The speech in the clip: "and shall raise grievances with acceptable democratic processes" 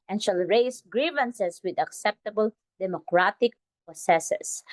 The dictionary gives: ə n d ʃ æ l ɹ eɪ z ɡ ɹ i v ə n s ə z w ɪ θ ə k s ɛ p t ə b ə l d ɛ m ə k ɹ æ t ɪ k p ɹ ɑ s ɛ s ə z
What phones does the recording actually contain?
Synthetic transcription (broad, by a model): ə n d ʃ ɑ l ɹ eɪ s ɡ ɹ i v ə n s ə s w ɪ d ə k s ɛ p t ə b ə l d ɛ m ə k ɹ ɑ t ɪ k p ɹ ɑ s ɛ s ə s